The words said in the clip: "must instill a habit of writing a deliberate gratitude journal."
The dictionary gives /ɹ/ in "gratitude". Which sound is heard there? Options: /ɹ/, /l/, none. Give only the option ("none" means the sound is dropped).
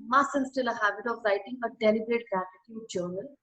none